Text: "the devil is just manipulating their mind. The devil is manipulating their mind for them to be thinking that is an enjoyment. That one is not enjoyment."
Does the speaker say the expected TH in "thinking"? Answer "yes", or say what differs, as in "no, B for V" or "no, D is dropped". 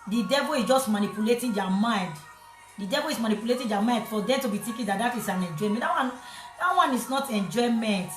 no, T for TH